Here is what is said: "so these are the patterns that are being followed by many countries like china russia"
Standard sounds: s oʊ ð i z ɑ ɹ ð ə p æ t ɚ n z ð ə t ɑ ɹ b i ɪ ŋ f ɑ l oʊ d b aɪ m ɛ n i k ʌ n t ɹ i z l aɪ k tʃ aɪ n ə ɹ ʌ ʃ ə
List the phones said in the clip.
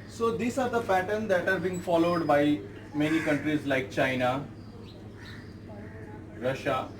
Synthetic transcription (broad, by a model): s oʊ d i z ɑ ɹ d ə f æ t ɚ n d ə t ɑ ɹ b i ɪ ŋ f ɑ l oʊ d b aɪ m ɛ n i k ʌ n t ɹ i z l aɪ k tʃ aɪ n ə ɹ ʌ ʃ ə